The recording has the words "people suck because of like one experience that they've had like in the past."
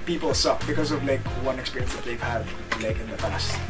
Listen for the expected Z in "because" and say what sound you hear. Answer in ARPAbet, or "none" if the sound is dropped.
Z